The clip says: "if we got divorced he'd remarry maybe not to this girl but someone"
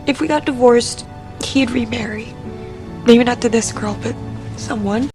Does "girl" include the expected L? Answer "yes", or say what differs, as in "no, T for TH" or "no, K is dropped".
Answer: yes